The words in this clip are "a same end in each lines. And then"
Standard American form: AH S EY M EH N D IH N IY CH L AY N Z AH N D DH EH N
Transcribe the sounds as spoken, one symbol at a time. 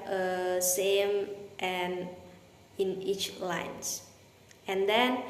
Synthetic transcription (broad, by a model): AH S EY M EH N IH N IY CH L AY N S AH N D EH N